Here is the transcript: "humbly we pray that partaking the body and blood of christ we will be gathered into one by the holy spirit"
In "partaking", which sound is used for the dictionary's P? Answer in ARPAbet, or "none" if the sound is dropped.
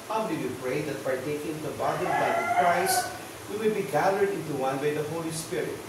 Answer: F